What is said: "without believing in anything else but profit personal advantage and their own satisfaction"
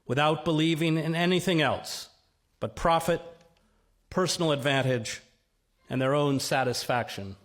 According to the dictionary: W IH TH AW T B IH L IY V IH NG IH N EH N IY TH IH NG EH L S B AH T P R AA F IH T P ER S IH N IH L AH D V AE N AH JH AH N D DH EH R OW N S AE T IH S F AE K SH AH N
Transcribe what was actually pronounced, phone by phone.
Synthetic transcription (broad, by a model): W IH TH AW T B IH L IY V IH NG IH N EH N IY TH IH NG EH L S B AH T P R AA F IH T P ER S N L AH D V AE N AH JH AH N DH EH R OW N S AE T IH S F AE K SH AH N